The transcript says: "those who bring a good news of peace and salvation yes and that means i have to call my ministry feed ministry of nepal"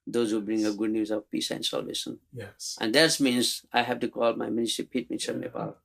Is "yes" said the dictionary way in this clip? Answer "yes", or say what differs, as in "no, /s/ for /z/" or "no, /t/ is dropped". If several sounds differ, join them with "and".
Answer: no, /s/ is dropped